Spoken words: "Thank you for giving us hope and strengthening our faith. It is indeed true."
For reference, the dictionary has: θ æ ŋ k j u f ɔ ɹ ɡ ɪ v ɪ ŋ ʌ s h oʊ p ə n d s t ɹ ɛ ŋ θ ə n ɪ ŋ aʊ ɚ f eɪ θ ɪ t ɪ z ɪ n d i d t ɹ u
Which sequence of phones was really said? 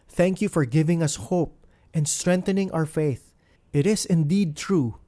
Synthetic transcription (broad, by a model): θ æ ŋ k j u f ɔ ɹ ɡ ɪ v ɪ ŋ ʌ s h oʊ p ə n d s t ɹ ɛ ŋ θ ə n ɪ ŋ aʊ ɚ f eɪ θ ɪ t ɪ s ɪ n d i d t ɹ u